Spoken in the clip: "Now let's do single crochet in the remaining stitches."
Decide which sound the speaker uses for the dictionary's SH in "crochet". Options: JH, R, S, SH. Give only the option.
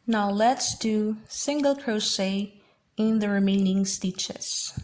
S